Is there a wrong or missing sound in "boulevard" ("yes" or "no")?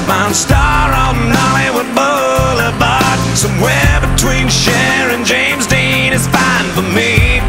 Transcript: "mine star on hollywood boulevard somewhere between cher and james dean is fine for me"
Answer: yes